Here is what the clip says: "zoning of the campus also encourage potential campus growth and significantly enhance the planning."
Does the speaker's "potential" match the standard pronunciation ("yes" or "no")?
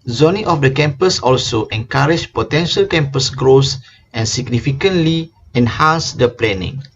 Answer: yes